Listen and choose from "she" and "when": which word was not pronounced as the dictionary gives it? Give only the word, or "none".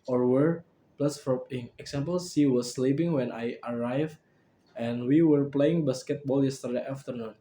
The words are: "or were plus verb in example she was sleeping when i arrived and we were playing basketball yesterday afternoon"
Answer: she